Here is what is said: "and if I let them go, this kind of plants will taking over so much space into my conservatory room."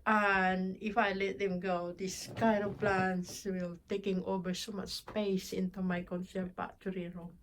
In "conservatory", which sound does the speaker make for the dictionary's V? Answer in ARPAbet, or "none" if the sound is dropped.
P